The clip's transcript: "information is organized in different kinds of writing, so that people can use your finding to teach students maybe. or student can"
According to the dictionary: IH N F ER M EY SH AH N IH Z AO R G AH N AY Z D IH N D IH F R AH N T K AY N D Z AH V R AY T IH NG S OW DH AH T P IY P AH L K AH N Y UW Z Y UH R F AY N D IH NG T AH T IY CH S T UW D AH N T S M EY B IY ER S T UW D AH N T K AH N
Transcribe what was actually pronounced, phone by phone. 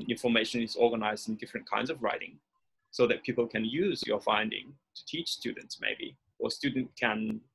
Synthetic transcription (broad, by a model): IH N F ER M EY SH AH N IH Z AO R G AH N AY Z D IH N D IH F R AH N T K AY N D Z AH V R AY T IH NG S OW DH AH T P IY P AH L K AH N Y UW Z Y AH R F AY N D IH NG T AH T IY CH S T UW D N T S M EY B IY ER S T UW D N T K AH N